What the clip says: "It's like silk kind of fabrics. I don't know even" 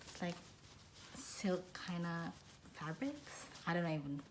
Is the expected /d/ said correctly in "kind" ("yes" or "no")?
no